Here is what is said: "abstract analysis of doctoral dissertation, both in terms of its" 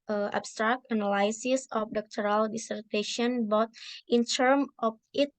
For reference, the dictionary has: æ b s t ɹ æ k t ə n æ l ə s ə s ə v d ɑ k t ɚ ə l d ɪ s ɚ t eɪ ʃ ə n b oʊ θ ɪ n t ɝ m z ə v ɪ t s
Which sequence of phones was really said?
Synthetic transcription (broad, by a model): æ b s t ɹ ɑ k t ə n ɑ l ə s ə s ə f d ɑ k t ɚ ə l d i s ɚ t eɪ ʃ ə n b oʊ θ ɪ n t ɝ m ə f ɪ t